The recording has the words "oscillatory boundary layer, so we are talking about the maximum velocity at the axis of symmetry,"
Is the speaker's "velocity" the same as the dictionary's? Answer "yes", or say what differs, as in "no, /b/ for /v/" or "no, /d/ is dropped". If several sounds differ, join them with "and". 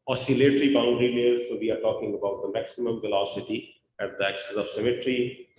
yes